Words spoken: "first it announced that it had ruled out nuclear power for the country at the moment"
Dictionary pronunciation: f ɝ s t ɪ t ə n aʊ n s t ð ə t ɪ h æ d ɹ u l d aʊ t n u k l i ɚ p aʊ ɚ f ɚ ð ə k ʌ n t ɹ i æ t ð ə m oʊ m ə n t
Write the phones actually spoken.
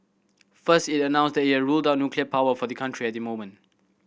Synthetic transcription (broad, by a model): f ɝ s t ɪ t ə n aʊ n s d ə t ɪ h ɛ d ɹ u l d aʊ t n u k l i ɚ p aʊ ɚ f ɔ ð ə k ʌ n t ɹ i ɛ t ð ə m oʊ m ə n t